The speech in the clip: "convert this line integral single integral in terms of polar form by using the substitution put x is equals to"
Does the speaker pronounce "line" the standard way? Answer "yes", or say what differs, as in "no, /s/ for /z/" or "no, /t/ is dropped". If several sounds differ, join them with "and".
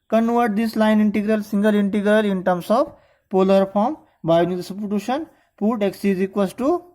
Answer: yes